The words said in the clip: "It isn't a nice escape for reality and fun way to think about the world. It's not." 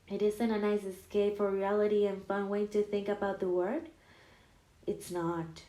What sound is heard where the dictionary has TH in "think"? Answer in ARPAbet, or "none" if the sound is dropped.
TH